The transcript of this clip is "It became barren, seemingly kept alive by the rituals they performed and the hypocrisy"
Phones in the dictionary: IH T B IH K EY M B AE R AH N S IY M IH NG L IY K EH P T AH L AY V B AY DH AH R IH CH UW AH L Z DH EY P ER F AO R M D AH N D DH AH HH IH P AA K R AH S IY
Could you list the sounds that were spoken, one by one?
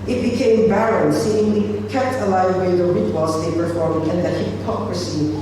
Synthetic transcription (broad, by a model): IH T B IH K EY M B AE R AH N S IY IH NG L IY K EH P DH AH L AY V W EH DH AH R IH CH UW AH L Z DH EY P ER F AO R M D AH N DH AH HH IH P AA K R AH S IY